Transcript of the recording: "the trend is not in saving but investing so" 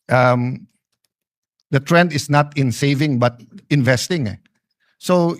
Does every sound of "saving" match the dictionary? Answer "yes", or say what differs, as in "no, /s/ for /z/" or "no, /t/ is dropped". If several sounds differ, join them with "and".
yes